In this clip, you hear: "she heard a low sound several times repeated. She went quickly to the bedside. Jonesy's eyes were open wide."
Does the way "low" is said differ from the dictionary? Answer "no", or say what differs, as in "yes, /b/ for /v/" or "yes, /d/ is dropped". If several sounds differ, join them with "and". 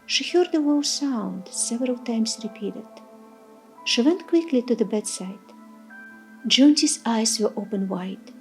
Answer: yes, /w/ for /l/